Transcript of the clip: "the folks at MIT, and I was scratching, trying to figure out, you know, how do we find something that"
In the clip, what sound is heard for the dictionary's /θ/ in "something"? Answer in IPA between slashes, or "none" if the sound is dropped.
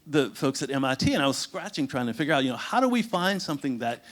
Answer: /θ/